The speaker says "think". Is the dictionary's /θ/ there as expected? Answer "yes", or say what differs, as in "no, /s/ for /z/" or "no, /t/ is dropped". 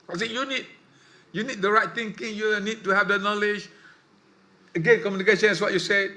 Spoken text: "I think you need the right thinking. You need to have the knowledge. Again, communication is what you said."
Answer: no, /s/ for /θ/